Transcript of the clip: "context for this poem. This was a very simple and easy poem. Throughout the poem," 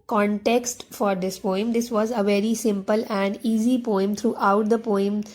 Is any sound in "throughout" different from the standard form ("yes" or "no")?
yes